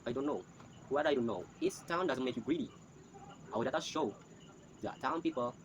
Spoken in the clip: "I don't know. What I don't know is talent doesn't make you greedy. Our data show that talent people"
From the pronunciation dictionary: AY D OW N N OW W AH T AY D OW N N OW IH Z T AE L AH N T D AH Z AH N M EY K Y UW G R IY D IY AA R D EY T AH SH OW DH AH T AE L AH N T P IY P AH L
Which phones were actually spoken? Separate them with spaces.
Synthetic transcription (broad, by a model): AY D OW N N OW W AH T AY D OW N N OW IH S T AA AH N D AH Z AH N M EY K Y UW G R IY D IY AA W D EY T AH SH OW DH AH T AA AH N P IY P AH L